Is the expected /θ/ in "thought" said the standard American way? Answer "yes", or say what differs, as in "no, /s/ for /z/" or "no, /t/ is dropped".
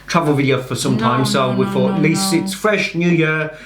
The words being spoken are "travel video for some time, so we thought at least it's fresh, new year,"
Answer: no, /f/ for /θ/